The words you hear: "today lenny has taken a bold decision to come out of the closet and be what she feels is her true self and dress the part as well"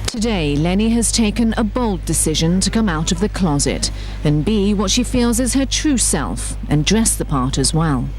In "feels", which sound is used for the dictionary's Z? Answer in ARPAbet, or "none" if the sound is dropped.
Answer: Z